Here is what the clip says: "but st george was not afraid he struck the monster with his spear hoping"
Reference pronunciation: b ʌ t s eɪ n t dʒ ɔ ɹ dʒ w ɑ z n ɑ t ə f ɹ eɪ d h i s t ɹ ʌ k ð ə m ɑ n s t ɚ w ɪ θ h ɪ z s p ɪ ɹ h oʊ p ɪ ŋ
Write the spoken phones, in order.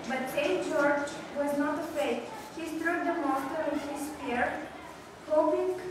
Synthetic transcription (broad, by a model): b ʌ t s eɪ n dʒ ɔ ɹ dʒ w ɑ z n ɑ t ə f eɪ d h i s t ɹ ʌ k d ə m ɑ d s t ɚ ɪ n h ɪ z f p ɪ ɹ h oʊ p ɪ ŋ